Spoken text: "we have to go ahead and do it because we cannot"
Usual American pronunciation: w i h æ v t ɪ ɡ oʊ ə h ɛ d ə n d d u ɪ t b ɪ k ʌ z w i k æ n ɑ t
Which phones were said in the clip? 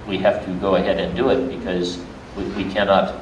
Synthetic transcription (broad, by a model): w i h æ f t ɪ ɡ oʊ ə h ɛ d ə n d d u ɪ t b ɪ k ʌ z w i k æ n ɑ t